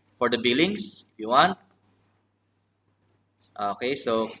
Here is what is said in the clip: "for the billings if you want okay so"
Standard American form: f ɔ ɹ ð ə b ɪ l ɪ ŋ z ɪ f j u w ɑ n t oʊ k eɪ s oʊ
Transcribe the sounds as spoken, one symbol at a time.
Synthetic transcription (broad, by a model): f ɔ ɹ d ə b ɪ l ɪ ŋ s ɪ f j u w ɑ n t oʊ k eɪ s oʊ